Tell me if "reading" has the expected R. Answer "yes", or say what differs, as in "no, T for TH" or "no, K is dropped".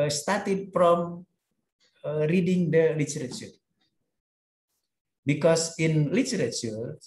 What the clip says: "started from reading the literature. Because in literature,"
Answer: yes